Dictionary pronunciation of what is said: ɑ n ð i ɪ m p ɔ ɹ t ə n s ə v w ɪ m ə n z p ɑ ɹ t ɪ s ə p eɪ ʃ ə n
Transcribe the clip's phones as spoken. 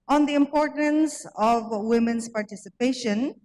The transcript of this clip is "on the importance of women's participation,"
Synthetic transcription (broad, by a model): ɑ n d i ɪ m p ɔ ɹ t ə n s ə v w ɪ m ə n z p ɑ ɹ t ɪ s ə p eɪ ʃ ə n